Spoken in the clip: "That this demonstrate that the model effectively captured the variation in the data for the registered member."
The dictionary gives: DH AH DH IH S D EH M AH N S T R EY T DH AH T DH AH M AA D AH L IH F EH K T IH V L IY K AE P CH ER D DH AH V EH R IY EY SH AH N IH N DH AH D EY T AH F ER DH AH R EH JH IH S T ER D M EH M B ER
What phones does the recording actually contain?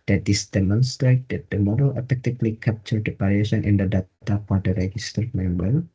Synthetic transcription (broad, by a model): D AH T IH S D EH M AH N S T R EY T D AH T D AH M AA D AH L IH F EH K T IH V L IY K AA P CH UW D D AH P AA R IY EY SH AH N IH N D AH D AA T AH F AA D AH R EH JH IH S T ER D M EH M B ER